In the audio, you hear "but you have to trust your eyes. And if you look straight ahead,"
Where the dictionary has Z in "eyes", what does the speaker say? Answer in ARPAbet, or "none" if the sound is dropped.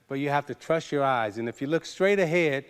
Z